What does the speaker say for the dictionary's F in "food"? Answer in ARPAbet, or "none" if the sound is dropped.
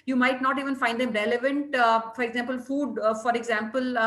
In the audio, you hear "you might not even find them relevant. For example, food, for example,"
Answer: F